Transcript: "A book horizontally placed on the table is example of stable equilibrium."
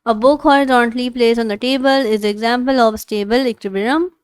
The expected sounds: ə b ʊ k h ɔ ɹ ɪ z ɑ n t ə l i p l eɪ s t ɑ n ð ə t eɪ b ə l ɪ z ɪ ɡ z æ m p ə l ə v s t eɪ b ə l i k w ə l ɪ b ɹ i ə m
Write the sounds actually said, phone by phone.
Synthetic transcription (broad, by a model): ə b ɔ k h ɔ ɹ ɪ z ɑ n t l i p l eɪ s ɑ n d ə t eɪ b ə l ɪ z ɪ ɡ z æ m p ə l ə v s t eɪ b ə l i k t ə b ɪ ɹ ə m